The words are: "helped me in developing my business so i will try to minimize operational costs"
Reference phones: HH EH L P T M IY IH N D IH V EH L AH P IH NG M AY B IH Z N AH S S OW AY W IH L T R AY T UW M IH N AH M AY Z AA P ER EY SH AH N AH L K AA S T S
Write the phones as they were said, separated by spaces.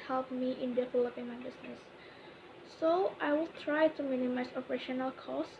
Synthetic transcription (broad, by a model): HH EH L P M IY IH N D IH F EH L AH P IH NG M AY B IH S N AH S S OW AY W IH L T R AY T UW M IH N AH M AY S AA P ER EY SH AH N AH L K AA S S